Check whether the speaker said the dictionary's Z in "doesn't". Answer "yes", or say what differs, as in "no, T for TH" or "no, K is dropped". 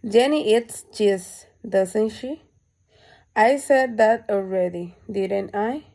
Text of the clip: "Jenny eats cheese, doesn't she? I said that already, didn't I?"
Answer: no, S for Z